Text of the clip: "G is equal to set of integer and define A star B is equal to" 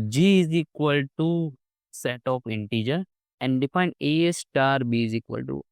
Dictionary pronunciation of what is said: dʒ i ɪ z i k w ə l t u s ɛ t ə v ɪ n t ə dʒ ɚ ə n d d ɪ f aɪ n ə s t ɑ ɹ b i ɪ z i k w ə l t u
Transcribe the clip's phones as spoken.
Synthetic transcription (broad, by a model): dʒ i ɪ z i k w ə l t u s ɛ t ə p ɪ n t ə dʒ ɚ ə n d d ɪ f aɪ n ə s t ɑ ɹ b i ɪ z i k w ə l t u